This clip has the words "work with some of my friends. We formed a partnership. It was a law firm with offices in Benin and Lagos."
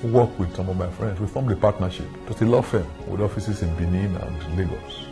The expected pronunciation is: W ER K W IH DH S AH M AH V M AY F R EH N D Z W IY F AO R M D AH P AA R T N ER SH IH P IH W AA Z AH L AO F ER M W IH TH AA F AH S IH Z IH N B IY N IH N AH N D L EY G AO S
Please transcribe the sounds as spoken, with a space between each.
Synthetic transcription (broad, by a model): W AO K W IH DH S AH M AH V M AY F R EH N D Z W IY F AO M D AH P AA T N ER SH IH P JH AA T AH L AO F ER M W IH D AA F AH S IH S IH N B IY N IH N AH N D L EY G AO S